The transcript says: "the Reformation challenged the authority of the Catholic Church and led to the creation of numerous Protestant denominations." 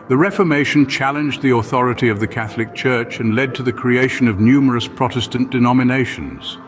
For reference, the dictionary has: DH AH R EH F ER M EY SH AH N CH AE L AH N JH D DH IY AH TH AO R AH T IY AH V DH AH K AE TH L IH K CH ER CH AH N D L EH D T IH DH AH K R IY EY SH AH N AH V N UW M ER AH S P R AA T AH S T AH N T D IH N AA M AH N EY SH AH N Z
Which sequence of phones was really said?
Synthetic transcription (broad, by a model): DH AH R EH F ER M EY SH AH N CH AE L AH N JH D DH IY AH TH AO R AH T IY AH V DH AH K AE TH L IH K CH ER CH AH N L EH D T IH DH AH K R IY EY SH AH N AH V N UW M ER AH S P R AA T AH S T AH N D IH N AA M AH N EY SH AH N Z